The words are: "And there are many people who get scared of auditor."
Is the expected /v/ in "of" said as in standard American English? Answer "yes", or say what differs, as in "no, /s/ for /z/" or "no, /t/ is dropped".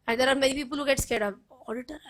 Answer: no, /p/ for /v/